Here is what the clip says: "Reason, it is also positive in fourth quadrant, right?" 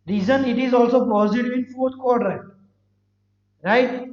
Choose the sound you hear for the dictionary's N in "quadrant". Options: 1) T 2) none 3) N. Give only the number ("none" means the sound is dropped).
2